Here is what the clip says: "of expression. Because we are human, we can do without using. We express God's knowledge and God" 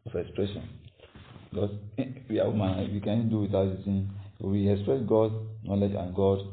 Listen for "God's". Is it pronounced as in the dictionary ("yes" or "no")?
no